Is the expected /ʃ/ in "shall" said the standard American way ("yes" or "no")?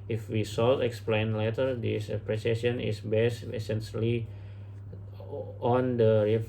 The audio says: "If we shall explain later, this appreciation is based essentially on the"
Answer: no